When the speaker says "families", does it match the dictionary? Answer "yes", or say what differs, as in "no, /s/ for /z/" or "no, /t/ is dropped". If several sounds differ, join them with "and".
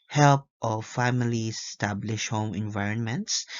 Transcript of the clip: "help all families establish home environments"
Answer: no, /l/ is dropped